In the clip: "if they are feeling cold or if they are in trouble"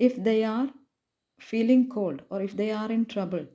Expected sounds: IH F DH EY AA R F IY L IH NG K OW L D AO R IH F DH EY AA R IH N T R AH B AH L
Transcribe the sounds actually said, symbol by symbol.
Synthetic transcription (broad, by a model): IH F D EY AA R F IY L IH NG K OW L D AO R IH F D EY AA R IH N T R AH B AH L